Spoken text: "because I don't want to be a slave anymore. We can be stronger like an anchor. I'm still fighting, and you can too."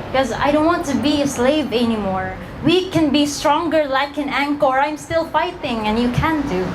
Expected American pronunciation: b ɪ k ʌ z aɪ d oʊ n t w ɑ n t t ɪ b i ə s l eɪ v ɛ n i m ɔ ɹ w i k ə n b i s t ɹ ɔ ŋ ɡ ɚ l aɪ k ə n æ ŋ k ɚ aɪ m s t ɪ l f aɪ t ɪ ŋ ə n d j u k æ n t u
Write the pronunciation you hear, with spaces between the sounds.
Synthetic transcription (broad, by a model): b k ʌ z aɪ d oʊ n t w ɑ n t t ɪ b i ə s l eɪ v ɛ n i m ɔ ɹ w i k ə n b i s t ɹ ɔ ŋ ɡ ɚ l aɪ k ə n æ ŋ k ɚ aɪ m s t ɪ l f aɪ t ɪ ŋ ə n j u k æ n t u